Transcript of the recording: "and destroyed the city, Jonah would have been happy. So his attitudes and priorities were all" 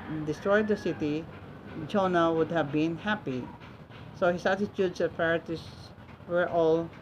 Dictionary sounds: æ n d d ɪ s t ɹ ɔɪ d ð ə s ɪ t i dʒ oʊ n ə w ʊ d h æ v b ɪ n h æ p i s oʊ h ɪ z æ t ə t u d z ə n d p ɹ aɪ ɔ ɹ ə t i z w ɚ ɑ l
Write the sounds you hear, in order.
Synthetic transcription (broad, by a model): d d ɪ s t ɹ ɔɪ d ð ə s ɪ t i dʒ oʊ n ə w ʊ d h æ v b ɪ n h æ p i s oʊ h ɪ s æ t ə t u d s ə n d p aɪ ɹ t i s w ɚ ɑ l